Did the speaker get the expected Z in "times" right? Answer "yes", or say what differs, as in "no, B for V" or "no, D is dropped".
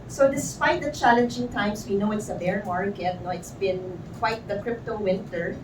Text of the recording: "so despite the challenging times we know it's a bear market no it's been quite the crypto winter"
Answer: no, S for Z